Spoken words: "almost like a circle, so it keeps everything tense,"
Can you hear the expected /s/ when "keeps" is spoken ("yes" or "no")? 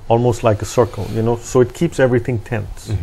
yes